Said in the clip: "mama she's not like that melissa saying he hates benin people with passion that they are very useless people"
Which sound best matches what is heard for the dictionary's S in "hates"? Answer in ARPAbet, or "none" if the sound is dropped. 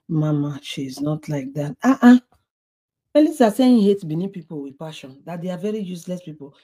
none